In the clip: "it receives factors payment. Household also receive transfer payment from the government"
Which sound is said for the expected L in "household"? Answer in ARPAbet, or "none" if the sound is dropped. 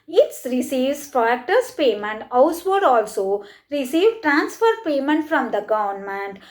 none